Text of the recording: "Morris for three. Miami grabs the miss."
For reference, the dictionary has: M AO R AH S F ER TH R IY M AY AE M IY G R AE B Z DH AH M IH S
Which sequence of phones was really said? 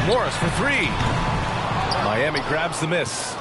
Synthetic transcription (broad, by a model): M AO R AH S F ER TH R IY M AY AE M IY G R AE B Z DH AH M IH S